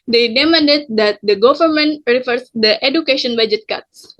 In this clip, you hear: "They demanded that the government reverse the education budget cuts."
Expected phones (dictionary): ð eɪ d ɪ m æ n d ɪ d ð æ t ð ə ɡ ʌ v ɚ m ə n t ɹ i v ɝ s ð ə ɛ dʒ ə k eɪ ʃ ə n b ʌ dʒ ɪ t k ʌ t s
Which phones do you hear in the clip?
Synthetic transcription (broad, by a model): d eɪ d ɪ m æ n d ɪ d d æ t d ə ɡ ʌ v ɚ m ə n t ɹ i f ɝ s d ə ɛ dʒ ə k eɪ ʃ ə n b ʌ dʒ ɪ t k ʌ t s